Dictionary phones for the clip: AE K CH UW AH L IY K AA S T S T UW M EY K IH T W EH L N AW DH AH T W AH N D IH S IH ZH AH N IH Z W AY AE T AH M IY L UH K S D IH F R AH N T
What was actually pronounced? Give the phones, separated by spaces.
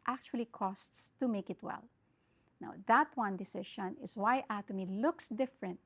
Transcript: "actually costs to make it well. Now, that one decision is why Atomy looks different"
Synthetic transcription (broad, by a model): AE K CH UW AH L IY K AA S T S T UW M EY K IH T W EH L N AW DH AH T W AH N D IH S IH SH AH N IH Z W AY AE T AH M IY L UH K S D IH F R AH N T